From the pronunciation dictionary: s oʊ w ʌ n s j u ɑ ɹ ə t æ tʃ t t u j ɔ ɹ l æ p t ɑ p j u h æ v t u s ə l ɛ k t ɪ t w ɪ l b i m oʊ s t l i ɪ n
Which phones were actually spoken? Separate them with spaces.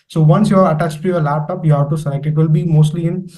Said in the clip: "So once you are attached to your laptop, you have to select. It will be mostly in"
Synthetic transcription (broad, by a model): s oʊ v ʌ n s j u ɑ ɹ ə t æ tʃ t t u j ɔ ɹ l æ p t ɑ p j u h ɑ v t u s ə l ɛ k ɪ t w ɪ l b i m oʊ s t l i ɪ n